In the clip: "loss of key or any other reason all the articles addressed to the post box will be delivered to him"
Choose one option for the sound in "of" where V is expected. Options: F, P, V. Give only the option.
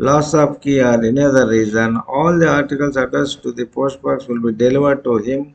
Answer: P